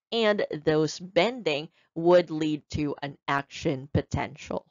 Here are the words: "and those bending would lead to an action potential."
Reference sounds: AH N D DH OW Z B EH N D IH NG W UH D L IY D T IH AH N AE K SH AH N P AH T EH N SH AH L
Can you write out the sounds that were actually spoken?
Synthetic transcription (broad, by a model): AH N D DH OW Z B EH N D IH NG W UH D L IY D T IH AH N AE K SH AH N P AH T EH N SH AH L